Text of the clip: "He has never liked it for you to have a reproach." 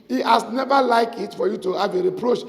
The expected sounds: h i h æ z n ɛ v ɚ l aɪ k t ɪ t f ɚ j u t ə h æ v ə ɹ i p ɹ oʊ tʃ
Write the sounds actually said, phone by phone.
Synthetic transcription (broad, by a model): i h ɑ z n ɛ v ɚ l aɪ k ɪ t f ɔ j u t ə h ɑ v ə ɹ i p ɹ oʊ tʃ